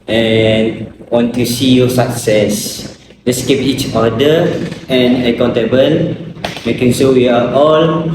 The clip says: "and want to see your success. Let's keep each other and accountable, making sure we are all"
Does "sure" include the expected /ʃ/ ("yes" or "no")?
no